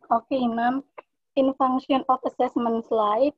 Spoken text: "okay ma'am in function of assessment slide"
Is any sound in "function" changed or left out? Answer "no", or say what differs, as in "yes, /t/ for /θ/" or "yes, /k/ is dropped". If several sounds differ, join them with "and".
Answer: yes, /k/ is dropped